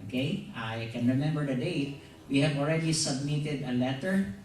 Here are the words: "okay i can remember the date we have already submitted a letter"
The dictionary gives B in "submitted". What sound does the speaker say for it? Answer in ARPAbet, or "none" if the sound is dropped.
B